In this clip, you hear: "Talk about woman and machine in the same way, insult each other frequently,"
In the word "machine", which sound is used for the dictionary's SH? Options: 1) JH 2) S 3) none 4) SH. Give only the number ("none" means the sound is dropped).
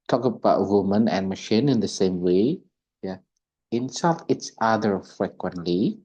4